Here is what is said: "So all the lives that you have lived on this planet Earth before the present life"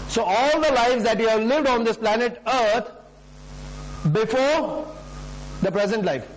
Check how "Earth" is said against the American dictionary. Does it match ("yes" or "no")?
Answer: no